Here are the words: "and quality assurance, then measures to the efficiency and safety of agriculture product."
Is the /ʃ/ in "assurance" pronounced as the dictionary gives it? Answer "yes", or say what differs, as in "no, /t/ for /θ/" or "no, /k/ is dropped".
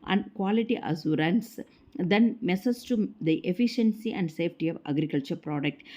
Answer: no, /s/ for /ʃ/